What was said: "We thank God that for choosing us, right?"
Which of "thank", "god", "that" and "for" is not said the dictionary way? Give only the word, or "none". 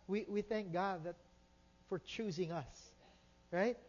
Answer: none